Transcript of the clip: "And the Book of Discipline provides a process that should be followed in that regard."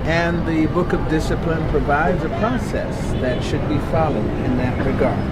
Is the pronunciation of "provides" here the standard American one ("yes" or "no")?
yes